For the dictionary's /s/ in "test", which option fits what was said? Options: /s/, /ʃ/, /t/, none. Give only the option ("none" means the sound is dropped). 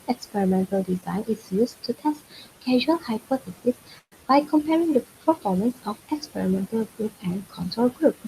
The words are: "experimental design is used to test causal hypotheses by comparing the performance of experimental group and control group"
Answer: /s/